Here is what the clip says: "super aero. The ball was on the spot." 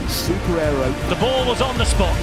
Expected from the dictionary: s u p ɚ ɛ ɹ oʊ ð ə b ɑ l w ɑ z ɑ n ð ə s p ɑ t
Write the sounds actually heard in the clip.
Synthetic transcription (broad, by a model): s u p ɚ ɛ ɹ oʊ ð ə b ɑ l w ɑ z n ð ə s p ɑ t